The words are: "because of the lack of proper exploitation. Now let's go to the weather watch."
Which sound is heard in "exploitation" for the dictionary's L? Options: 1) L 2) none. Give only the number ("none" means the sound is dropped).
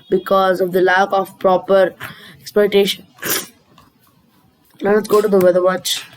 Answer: 2